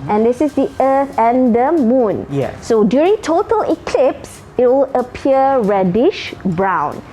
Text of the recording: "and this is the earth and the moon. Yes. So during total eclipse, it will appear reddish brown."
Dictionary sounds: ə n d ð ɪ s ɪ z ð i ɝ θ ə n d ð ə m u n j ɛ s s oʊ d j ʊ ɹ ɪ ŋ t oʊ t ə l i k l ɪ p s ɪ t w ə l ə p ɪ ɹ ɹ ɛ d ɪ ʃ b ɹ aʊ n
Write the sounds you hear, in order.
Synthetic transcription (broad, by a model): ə n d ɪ s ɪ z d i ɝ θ ə n d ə m u n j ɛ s s oʊ d j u ɹ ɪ ŋ t oʊ t ə l i k l ɪ p s ɪ t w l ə p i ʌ ɹ ɛ d ɪ ʃ b ɹ aʊ n